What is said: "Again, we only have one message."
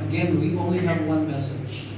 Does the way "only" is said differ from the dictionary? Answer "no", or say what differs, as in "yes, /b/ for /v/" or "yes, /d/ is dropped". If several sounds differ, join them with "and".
no